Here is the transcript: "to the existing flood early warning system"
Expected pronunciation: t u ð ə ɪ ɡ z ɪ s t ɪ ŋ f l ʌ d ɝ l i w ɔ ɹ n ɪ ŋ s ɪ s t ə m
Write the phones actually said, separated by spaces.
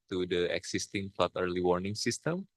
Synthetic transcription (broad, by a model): t u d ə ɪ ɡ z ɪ s t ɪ ŋ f l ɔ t ɝ l i w ɔ ɹ n ɪ ŋ s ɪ s t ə m